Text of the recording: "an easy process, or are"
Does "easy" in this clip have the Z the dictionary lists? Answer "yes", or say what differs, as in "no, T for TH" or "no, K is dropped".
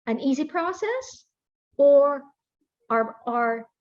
yes